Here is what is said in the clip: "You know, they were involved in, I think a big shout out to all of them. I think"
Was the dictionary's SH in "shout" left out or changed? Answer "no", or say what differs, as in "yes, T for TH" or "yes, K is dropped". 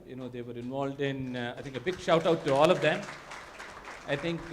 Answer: no